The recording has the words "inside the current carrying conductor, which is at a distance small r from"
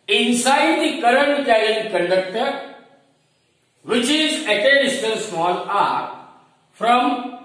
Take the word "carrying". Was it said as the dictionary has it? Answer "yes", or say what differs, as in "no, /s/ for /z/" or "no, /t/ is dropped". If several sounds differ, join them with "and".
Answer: no, /l/ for /ɹ/